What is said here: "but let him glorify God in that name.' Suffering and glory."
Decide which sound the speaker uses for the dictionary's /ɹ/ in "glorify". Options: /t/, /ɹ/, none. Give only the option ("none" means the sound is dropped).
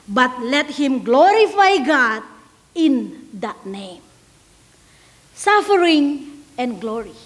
/ɹ/